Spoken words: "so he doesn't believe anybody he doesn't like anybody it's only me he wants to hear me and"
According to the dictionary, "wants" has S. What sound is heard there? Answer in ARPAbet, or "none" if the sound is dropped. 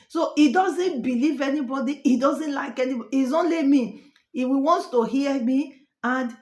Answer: none